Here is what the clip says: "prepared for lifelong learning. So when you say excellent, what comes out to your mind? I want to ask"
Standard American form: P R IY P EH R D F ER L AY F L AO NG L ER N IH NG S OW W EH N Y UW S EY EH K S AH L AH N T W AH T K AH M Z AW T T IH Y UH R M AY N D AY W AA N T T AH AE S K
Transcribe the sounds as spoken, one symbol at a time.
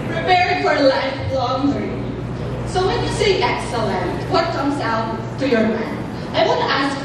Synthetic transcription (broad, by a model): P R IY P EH R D F ER L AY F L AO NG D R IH S OW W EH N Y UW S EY EH K S AH L AH N T W AH T K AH M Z AW T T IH Y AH R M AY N AY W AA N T T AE S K